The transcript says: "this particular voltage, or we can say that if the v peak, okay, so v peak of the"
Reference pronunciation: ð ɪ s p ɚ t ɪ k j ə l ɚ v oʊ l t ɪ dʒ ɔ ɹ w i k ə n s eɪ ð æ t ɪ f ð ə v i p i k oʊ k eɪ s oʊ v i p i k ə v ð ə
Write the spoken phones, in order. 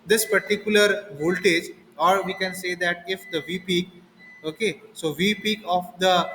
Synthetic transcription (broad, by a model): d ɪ s p ɚ t ɪ k j ə l ɚ v oʊ l t ɪ dʒ ɔ ɹ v i k ə n s eɪ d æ t ɪ f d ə v i p i k oʊ k eɪ s oʊ v i p i k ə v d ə